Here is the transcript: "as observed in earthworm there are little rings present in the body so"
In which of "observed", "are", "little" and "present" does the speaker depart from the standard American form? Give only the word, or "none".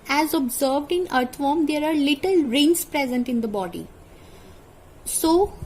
none